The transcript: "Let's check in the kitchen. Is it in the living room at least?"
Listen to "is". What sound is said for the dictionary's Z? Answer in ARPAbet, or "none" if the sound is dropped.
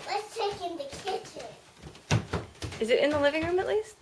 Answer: Z